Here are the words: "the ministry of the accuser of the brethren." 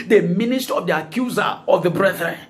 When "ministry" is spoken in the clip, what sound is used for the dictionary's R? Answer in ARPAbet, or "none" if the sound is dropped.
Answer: none